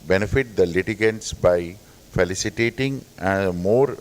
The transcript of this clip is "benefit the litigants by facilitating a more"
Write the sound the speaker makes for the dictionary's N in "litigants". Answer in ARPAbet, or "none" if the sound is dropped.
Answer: N